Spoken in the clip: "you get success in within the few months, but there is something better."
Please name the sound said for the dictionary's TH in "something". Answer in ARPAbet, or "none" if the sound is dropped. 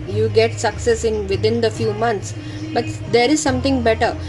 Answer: T